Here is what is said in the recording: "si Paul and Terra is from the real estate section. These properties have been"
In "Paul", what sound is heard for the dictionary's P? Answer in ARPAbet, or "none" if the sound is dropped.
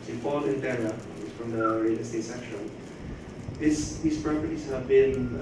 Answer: F